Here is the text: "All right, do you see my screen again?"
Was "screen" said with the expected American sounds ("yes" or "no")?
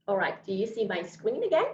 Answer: no